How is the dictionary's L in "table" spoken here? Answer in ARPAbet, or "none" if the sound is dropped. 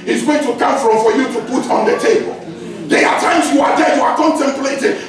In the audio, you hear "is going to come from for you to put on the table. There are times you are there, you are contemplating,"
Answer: L